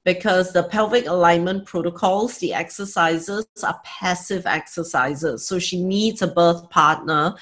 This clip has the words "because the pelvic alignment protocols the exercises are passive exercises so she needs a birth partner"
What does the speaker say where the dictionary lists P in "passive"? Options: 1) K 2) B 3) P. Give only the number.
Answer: 3